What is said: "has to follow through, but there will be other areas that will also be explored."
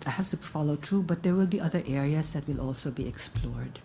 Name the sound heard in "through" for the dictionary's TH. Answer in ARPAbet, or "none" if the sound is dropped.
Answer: T